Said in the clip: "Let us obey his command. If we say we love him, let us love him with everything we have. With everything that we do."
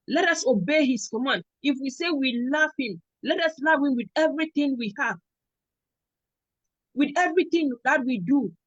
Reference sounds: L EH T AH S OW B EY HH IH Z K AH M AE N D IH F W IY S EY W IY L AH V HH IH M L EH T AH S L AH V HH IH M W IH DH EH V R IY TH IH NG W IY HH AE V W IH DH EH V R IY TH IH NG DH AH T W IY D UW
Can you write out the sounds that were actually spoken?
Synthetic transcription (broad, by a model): L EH T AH S OW B EY HH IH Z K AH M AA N IH F W IY S EY W IY L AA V HH IH M L EH T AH S L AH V HH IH M W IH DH EH V R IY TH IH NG W IY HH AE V W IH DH EH V R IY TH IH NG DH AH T W IY D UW